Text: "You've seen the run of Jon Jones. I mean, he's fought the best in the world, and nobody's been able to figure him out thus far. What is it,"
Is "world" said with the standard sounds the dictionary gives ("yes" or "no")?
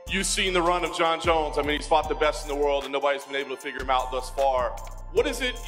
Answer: yes